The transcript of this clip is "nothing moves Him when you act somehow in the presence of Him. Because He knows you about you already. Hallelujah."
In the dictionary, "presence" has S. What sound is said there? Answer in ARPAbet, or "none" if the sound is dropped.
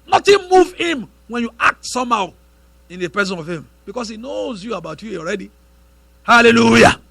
none